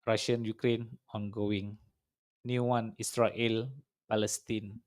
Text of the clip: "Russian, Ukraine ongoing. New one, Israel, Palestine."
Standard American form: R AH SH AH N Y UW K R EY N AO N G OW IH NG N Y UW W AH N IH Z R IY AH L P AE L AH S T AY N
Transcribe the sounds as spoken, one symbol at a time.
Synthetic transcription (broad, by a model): R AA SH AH N Y UW K R EY N AO N G OW IH NG N Y UW W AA N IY S R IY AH L P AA L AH S T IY N